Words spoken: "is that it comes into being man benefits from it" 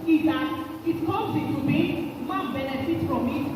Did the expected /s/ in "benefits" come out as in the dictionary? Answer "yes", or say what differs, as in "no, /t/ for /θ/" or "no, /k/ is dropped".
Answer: no, /s/ is dropped